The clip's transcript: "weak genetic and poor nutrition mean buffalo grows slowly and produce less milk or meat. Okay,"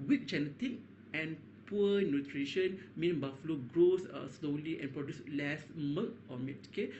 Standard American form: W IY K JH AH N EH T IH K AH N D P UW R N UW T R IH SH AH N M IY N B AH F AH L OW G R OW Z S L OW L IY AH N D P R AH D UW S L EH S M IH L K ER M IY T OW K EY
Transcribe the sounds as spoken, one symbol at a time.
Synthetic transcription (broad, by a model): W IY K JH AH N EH T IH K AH N P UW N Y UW T R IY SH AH N M IY N B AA F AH L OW G R OW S S L OW L IY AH N P R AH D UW S L EH S M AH K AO M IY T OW K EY